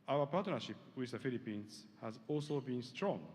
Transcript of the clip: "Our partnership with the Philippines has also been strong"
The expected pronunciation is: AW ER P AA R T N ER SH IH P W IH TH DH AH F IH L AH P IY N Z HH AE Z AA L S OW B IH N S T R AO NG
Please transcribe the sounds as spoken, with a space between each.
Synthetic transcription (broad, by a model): AW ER P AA T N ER SH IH P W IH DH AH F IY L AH P IY N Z HH AE Z AA L S OW B IH N S T R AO NG